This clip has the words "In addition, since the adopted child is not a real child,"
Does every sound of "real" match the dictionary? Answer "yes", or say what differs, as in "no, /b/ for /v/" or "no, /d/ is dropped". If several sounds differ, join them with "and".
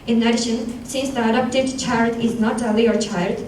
no, /l/ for /ɹ/